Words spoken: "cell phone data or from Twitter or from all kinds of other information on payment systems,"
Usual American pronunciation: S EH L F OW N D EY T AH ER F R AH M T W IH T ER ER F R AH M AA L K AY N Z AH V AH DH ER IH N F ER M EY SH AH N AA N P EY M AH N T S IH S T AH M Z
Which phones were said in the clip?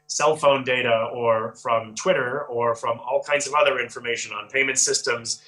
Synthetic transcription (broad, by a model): S EH L F OW N D EY T AH ER F R AH M T W IH T ER ER F R AH M AA L K AY N Z AH V AH DH ER IH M F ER M EY SH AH N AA N P EY M AH N T S IH S T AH M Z